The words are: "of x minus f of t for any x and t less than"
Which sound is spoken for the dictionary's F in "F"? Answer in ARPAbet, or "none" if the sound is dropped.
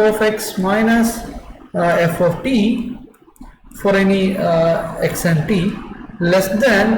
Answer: F